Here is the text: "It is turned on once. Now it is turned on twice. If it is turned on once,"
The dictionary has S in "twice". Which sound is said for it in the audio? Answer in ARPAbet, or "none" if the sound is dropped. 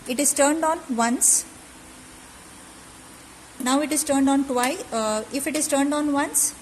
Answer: none